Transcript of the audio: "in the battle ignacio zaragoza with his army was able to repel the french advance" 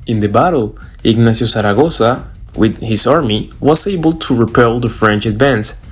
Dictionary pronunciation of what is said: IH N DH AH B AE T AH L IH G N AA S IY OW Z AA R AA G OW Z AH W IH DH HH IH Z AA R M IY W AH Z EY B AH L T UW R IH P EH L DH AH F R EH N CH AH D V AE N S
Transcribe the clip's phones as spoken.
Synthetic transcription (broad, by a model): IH N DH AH B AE T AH L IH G N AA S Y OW S AA R AA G OW S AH W IH DH HH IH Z AA R M IY W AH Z EY B AH L T UW R IH P EH L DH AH F R EH N CH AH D V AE N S